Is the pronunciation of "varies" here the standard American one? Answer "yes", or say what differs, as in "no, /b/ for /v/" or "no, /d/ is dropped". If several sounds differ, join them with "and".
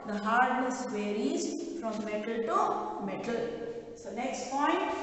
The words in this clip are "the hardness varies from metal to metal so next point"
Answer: no, /w/ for /v/